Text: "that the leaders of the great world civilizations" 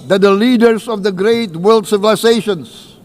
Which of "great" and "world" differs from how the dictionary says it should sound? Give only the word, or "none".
none